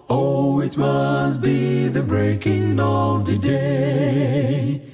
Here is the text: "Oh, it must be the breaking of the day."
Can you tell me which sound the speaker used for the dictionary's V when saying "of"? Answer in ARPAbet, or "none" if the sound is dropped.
V